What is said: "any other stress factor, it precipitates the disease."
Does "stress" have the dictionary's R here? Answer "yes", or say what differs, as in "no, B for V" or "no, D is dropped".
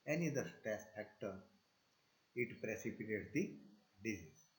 no, R is dropped